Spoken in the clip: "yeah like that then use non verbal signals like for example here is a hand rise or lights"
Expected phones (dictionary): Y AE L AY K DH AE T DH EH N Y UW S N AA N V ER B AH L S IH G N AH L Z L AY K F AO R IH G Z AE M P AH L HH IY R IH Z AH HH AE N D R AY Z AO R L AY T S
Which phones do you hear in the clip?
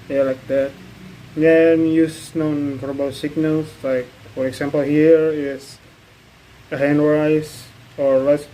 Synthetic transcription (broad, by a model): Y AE L AY K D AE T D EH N Y UW S N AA N P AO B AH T S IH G N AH L S L AY K F AO R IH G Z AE M P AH L HH IY R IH S AH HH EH N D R AY S AO R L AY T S